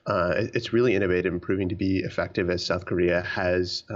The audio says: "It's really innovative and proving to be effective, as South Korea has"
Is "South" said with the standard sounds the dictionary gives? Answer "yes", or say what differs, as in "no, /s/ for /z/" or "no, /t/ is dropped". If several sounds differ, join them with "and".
yes